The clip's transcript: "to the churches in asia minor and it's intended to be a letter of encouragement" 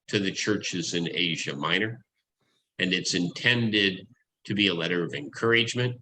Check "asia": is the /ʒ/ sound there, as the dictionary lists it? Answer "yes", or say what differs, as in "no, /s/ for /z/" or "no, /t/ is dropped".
yes